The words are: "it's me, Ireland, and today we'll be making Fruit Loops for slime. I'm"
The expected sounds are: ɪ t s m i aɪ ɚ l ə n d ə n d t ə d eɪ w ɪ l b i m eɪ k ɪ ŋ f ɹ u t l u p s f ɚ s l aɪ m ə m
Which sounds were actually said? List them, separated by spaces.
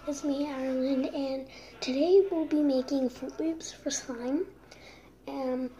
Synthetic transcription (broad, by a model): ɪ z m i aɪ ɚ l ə n d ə n t ə d eɪ w ɪ l b i m eɪ k ɪ ŋ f u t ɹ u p s f ɚ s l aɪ ə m